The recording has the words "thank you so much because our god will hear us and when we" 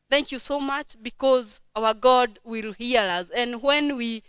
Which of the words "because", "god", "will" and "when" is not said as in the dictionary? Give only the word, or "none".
none